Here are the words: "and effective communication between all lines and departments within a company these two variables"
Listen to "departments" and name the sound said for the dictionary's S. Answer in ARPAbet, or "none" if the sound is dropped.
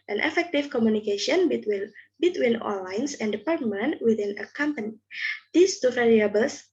none